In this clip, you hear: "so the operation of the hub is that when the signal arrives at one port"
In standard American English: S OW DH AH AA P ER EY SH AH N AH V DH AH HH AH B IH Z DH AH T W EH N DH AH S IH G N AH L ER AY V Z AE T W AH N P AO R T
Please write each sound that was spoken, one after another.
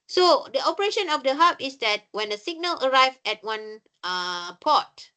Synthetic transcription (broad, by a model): S OW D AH AA P ER EY SH AH N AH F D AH HH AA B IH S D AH T W EH N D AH S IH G N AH L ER AY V EH T W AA N P AO T